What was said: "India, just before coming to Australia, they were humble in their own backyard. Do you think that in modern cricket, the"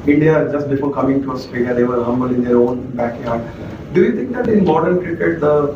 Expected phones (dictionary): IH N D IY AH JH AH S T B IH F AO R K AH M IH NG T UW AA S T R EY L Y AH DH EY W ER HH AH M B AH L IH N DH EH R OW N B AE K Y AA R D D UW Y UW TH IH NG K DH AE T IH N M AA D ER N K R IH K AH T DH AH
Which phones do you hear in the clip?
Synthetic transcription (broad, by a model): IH N D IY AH JH AH S T B IH F AO R K AH M IH NG T UW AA S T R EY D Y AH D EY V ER HH AH M B AH L IH N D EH R OW N B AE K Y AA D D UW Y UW T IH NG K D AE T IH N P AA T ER N K R IH K AH T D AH